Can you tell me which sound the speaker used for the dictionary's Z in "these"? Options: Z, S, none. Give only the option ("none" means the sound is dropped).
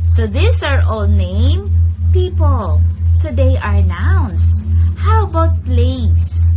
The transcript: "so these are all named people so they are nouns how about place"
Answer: S